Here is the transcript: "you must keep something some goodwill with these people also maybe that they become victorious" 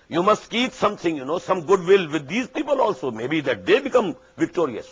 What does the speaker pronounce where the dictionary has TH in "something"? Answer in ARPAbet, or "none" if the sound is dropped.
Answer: T